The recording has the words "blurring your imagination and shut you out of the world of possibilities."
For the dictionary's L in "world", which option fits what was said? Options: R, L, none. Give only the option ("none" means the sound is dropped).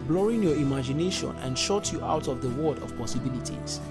none